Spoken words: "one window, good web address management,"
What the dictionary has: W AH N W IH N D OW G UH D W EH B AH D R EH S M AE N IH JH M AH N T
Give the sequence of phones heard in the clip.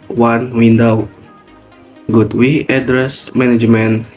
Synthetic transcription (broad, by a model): W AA N W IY N D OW G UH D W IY AH D R EH S M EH N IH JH M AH N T